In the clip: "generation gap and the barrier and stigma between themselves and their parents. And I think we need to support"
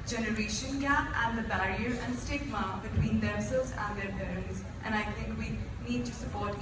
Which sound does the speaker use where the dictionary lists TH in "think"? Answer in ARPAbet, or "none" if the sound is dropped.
T